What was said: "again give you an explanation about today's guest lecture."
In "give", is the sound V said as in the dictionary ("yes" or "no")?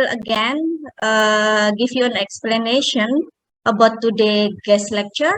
no